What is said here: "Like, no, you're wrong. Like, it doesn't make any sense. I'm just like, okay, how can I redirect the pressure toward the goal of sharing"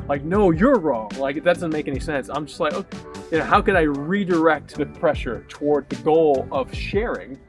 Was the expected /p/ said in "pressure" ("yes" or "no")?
yes